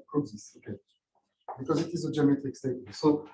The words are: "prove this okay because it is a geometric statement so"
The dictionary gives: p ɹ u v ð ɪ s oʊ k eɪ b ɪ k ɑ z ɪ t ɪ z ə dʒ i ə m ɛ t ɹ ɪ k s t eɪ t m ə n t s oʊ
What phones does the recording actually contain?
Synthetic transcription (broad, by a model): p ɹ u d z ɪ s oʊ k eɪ b ɪ k ɑ z ɪ t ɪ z ə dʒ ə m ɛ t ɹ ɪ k s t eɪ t ə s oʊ